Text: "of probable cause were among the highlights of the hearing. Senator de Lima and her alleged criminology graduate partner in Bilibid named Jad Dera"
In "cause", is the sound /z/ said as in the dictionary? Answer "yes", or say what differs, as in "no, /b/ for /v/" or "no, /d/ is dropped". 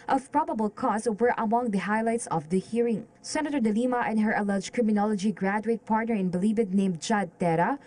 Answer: no, /s/ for /z/